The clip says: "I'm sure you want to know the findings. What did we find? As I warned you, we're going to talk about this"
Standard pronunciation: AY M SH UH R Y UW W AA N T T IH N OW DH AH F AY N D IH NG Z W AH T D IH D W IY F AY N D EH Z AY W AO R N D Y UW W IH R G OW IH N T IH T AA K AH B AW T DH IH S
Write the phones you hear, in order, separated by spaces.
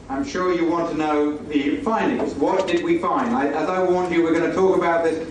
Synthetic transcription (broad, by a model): AY M SH UH R Y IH W AA N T T IH N OW DH AH F AY N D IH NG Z W AH T D IH D W IY F AY N D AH Z AY W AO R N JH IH W IH R G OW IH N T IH T AA K AH B AW T DH IH S